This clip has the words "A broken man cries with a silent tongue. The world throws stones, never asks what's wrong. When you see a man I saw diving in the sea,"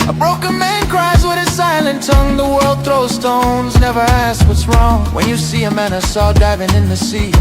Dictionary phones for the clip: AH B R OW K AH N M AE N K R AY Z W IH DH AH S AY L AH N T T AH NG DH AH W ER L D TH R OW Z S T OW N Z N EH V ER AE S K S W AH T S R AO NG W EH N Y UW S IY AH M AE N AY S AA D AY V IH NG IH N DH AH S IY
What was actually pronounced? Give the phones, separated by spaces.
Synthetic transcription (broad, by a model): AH B R OW K AH N M AE N K R AY Z W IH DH AH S AY L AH N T T AH NG DH AH W ER L D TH R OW S T OW N Z N EH V ER AE S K W AH T S R AO NG W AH N Y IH S IY AH M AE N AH S AA D AY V IH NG IH N DH AH S IY